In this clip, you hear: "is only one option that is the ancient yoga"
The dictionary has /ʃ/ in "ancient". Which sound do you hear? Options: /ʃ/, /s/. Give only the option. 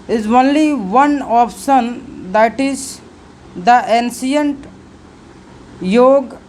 /s/